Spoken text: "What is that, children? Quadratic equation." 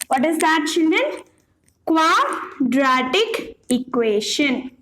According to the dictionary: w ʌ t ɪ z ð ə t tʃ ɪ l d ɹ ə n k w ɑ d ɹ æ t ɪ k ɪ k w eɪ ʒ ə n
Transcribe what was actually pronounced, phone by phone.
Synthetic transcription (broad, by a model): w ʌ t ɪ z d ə t tʃ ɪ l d ə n k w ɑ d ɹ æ t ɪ k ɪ k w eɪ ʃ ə n